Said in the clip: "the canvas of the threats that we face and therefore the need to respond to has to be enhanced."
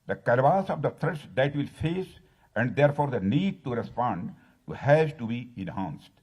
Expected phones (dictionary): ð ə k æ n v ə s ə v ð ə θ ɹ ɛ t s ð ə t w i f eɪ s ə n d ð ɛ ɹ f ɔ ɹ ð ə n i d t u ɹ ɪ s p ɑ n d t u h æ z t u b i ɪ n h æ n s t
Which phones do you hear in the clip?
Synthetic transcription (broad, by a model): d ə k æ l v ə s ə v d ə t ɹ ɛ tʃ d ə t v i f eɪ s ə n d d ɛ ɹ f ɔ ɹ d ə n i d t u ɹ ɪ s p ɑ n d t u h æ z t u b i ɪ n h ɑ n s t